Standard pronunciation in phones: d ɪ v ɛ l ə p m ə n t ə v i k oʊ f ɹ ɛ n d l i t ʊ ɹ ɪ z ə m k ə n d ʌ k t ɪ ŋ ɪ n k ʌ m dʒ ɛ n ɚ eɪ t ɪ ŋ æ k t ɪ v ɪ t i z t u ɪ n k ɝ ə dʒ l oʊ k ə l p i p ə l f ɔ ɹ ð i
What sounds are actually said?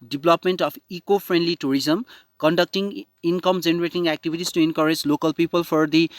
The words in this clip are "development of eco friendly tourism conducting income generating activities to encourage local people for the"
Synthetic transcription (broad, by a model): d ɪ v l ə p m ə n t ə p i k oʊ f ɹ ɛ n d l i t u ɹ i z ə m k ə n d ʌ k t ɪ ŋ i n k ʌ m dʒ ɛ n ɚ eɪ t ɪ ŋ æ k t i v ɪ t i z t u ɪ n k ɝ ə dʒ l oʊ k ə l p i p ə l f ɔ ɹ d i